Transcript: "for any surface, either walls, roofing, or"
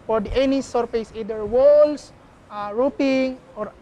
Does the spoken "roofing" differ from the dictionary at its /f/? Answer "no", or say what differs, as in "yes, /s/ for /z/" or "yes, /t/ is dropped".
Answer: yes, /p/ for /f/